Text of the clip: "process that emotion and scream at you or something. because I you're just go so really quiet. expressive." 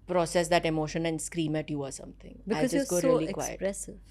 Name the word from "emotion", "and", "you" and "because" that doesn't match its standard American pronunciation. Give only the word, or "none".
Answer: because